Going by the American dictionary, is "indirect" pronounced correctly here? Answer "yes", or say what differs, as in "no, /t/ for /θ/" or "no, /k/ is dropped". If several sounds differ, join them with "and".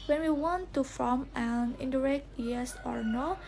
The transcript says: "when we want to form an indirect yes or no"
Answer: yes